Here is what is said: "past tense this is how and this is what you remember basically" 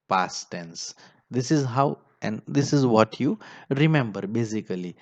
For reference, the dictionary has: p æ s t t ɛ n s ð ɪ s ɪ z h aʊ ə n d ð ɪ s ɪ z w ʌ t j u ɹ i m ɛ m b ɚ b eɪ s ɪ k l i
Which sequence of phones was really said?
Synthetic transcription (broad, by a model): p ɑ s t t ɛ n s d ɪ s ɪ z h aʊ ə n d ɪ s ɪ z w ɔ t j u ɹ i m ɛ m b ɚ b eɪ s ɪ k l i